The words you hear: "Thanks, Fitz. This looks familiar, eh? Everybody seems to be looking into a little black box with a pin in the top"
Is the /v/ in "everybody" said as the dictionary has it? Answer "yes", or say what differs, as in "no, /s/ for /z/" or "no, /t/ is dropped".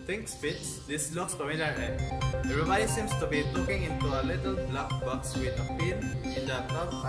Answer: no, /v/ is dropped